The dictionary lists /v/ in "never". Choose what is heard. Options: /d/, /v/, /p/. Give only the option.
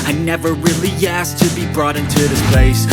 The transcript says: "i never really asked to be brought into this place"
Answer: /v/